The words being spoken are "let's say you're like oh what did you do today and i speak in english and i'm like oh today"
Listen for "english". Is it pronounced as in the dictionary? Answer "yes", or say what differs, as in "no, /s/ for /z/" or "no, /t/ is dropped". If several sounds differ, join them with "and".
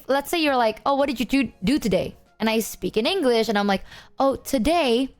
yes